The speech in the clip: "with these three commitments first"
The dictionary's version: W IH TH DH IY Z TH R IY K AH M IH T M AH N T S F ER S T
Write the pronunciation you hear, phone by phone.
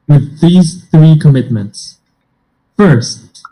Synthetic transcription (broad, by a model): W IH DH IY Z TH R IY K AH M IH T M AH N T S F ER S T